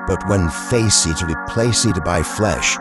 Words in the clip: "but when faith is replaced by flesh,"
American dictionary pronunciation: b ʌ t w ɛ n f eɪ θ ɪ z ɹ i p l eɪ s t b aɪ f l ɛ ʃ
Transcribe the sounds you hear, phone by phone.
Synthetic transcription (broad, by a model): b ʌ t w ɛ n f eɪ s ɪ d ɹ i p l eɪ s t b aɪ f l ɛ ʃ